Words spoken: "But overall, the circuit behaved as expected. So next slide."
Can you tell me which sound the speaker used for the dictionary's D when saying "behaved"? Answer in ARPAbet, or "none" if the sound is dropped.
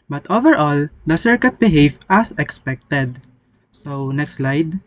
none